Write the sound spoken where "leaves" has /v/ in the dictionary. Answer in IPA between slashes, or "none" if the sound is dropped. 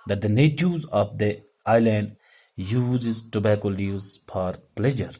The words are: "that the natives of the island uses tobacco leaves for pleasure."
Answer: none